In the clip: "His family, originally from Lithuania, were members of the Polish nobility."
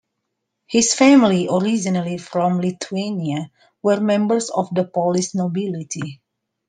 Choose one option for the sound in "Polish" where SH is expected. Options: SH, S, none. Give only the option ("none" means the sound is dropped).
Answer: S